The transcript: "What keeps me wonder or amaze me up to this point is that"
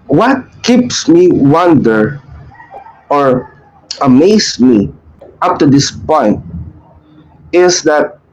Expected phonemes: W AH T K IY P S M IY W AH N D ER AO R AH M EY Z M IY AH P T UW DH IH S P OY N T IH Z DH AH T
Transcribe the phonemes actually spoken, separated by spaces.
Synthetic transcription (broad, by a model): W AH T K IY P S M IY W AH N D ER AO R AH M EY S M IY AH P T UW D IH S P OY N T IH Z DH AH T